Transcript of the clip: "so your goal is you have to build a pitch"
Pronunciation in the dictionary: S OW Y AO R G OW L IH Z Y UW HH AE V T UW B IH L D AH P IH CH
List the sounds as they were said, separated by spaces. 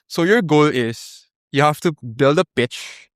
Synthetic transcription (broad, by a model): S OW Y AO R G OW L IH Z Y UW HH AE F T UW B IH L D AH P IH CH